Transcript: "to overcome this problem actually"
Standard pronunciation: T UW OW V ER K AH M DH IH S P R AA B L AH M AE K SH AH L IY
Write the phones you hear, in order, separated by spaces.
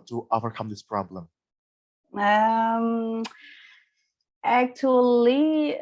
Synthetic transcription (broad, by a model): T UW OW V ER K AH M DH IH S P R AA B L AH M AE K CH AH L IY